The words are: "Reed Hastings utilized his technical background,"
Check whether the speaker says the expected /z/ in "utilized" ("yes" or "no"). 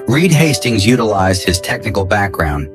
yes